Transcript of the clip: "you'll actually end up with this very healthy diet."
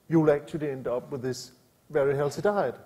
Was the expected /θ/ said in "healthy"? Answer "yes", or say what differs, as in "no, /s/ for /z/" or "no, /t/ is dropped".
no, /s/ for /θ/